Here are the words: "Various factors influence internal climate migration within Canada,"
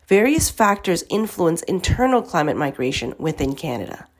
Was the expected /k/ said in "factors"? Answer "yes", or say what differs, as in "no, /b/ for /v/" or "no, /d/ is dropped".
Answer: yes